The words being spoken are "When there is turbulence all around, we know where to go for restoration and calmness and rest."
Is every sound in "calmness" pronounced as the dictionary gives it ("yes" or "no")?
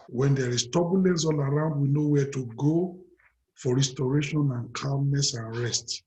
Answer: no